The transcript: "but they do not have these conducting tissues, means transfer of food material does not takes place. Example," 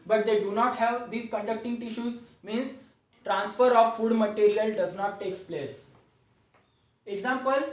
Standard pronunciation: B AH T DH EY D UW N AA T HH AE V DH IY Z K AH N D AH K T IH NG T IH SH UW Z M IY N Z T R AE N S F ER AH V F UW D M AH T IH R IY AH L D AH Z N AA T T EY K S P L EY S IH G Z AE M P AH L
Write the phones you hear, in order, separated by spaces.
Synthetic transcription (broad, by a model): B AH T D EY D UW N AA T HH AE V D IY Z K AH N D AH K T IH NG T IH SH UW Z M IY N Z T R AE N S F ER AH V F UW D M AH T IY R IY AH L D AH Z N AA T T EY K S P L EY S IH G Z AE M P AH L